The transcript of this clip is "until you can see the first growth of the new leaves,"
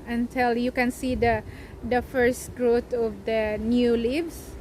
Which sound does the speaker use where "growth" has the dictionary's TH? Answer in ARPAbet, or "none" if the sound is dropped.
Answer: T